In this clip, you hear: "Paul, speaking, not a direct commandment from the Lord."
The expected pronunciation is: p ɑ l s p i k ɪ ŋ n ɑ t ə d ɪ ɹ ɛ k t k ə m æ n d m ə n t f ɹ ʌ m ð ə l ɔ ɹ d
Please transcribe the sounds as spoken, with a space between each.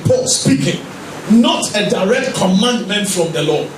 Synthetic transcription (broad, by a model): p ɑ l s p i k ɪ ŋ n ɑ t ə d ɪ ɹ ɛ k t k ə m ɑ n d m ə n t f ɹ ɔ m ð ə l ɔ